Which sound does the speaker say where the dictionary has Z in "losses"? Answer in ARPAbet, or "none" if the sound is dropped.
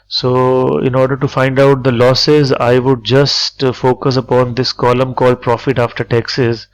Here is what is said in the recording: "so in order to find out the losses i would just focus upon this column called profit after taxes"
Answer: Z